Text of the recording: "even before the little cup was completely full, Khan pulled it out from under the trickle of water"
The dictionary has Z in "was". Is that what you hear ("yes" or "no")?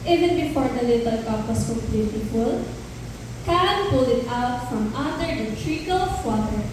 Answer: no